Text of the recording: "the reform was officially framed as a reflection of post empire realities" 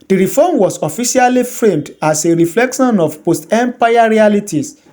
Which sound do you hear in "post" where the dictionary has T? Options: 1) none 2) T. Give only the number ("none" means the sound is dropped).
2